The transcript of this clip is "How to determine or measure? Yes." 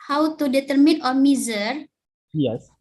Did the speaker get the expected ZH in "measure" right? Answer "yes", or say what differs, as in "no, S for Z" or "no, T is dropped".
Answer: no, Z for ZH